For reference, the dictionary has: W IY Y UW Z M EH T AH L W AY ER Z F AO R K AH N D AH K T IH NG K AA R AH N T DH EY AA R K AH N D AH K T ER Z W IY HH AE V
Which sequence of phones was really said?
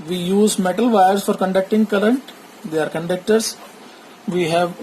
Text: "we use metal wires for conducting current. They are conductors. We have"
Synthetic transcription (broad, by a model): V IY Y UW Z M EH T AH L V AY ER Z F AO R K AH N D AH K T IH NG K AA L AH N T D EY AA R K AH N D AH K T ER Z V IY HH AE V